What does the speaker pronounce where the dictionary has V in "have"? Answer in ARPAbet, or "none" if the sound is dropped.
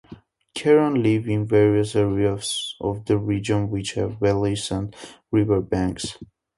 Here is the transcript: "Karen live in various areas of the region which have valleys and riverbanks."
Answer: V